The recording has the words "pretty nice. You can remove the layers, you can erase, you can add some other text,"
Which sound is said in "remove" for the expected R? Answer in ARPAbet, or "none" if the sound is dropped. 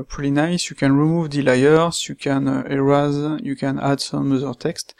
R